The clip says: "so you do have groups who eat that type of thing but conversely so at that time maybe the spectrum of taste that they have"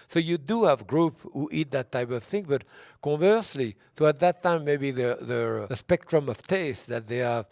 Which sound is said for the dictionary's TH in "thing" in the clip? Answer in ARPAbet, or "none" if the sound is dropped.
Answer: TH